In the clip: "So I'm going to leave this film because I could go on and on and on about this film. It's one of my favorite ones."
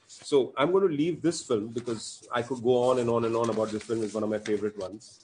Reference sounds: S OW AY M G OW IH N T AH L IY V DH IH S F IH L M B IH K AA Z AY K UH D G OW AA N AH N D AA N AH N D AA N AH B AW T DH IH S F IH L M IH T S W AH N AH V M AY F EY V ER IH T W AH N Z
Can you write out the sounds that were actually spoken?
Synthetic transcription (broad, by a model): S OW AY M G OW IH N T L IY V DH IH S F IH L M B IH K AA Z AY K UH D G OW AA N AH N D AA N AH N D AA N AH B AW T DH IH S F IH L M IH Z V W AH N AH V M AY F EY V ER IH T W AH N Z